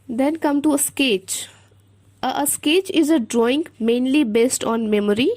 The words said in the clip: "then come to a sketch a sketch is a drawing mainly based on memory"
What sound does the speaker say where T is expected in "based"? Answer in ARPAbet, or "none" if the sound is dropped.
T